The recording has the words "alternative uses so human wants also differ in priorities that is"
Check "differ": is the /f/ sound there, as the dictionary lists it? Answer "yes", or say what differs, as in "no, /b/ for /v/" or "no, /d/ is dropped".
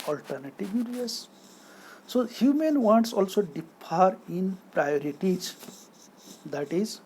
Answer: no, /p/ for /f/